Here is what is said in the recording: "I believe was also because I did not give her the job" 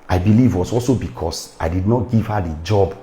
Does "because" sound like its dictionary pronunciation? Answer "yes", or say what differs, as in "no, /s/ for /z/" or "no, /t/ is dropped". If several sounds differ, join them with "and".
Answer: no, /s/ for /z/